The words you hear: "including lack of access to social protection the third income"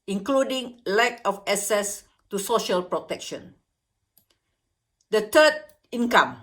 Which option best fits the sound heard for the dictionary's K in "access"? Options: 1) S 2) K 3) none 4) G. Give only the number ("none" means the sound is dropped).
3